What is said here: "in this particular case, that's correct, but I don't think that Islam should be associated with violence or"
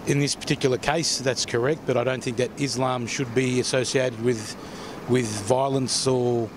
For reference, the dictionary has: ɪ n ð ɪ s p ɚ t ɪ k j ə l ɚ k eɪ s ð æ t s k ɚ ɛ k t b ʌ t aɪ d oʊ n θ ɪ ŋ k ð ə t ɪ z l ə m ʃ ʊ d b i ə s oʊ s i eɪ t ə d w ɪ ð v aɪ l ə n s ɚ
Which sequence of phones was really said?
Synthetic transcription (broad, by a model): ɪ n ð ɪ s p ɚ t ɪ k j l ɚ k eɪ s ð æ t s k ɚ ɛ k t b ʌ t aɪ d oʊ n θ ɪ ŋ k ð ə t ɪ z l ə m ʃ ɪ d b i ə s oʊ s i eɪ t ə d w ɪ ð v aɪ l ə n s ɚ